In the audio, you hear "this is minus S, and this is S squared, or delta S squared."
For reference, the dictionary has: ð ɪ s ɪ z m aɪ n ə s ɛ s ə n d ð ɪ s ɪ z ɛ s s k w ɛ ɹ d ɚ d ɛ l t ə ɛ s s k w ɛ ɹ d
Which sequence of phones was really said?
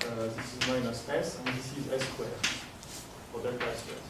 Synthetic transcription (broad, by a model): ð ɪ s ɪ z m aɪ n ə s ɛ s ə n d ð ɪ s ɪ z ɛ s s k w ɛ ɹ ɚ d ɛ t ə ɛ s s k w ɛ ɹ